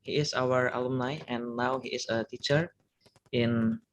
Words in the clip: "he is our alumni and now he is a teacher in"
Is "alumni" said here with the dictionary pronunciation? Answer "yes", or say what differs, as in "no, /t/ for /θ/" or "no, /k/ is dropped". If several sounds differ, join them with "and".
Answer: yes